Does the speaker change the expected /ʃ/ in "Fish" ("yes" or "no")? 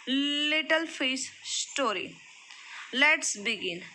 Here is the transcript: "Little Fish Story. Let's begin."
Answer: yes